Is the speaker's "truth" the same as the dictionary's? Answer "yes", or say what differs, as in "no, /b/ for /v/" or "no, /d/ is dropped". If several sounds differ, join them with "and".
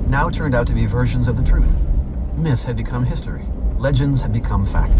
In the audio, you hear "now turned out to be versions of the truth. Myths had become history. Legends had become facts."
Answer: yes